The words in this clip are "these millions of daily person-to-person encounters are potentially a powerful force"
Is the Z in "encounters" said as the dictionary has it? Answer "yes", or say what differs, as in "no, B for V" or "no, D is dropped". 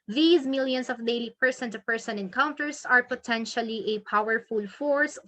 no, S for Z